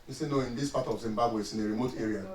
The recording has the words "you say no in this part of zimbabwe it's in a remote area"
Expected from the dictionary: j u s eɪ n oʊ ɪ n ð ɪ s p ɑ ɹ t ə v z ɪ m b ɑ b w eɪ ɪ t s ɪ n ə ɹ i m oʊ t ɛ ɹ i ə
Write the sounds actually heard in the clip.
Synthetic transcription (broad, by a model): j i s eɪ n oʊ ɪ n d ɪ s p ɑ t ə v z ɪ m b ɑ b w eɪ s ɪ n ə ɹ i m oʊ t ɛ ɹ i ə